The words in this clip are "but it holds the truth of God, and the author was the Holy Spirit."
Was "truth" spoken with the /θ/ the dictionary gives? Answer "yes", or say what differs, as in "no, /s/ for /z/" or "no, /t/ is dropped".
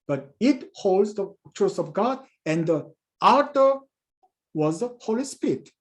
no, /s/ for /θ/